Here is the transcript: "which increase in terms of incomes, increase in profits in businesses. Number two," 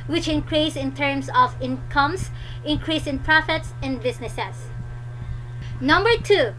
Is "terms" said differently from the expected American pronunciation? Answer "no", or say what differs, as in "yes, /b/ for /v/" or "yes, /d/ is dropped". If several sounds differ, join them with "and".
yes, /s/ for /z/